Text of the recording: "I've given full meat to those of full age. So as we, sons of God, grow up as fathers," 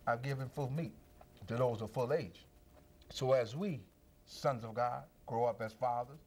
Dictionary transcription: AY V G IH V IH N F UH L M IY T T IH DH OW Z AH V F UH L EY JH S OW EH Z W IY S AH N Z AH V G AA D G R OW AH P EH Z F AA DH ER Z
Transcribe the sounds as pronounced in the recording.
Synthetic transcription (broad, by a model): AY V G IH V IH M F UH L M IY T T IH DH OW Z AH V F UH L EY JH S OW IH Z W IY S AH N Z AH V G AA D G R OW AH P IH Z F AA DH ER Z